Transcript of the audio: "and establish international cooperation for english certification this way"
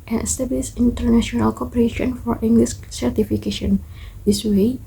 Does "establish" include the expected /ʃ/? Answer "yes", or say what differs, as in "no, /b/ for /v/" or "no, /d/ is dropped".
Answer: no, /s/ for /ʃ/